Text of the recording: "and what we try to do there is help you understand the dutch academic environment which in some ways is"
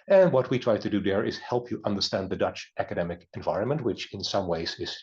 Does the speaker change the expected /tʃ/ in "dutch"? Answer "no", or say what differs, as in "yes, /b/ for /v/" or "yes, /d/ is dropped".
no